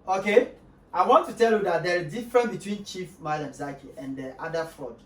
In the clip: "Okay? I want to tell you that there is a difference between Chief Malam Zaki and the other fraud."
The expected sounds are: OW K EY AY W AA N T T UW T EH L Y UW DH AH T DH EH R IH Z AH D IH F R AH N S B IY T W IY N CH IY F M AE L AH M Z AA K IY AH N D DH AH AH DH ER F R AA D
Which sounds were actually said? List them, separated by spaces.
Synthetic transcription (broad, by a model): OW K EY AY W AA N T T UW T EH L Y UW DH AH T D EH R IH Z D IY F R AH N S B IY T W IY N CH IY F M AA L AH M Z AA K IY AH N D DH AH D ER F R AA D